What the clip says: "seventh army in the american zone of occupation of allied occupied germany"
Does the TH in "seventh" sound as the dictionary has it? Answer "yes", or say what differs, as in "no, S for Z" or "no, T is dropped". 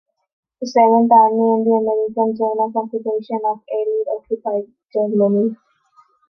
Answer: no, T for TH